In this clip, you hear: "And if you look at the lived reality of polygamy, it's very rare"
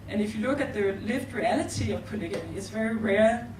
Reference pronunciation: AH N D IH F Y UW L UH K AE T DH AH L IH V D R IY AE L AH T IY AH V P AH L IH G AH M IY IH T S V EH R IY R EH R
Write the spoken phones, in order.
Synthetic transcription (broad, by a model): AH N IH F Y UW L UH K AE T DH AH L IH V D R IY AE L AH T IY AH V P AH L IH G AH IY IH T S V EH R IY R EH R